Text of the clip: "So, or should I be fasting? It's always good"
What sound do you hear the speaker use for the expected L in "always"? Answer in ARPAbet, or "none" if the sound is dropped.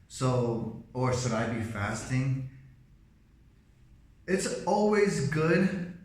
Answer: L